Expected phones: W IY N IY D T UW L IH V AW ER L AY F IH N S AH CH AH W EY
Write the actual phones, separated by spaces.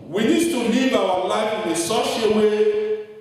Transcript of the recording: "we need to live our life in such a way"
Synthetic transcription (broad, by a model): W IY N IY D T UW L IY V AW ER L AY F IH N S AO SH AH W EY